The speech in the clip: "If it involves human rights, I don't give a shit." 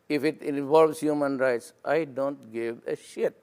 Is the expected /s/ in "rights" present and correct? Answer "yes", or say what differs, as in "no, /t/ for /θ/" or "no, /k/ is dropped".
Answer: yes